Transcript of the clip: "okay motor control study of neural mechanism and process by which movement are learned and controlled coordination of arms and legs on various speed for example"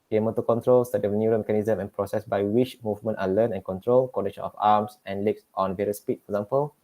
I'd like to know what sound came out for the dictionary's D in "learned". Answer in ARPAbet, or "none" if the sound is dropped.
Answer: none